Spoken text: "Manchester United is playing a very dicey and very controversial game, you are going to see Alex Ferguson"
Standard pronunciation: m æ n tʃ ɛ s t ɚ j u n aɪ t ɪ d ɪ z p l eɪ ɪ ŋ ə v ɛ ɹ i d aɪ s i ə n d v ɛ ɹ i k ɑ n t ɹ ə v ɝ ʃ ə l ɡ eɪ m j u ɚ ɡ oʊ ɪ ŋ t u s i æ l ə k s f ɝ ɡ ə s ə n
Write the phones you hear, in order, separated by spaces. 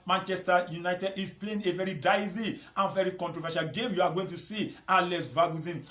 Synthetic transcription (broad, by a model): m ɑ n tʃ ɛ s t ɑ j u n aɪ t ɪ d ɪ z p l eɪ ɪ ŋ ə v ɛ ɹ i d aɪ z i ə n v ɛ ɹ i k ɑ n t ɹ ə v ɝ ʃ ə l ɡ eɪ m j u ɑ ɡ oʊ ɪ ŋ t u s i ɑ l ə s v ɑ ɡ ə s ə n